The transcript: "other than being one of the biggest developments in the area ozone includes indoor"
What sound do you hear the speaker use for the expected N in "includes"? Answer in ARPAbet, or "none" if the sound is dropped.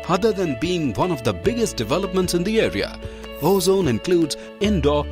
N